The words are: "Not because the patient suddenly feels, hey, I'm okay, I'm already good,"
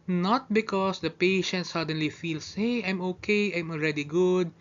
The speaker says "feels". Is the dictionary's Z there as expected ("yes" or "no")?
no